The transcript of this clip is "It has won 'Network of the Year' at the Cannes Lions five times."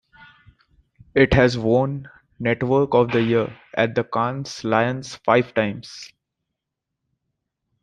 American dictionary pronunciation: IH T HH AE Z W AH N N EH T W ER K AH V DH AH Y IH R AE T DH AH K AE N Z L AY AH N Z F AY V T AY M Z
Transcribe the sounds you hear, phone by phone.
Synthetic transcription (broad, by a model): IH T HH AE Z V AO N N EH T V ER K AH V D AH Y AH R AE T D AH K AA N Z L AY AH N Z F AY V T AY M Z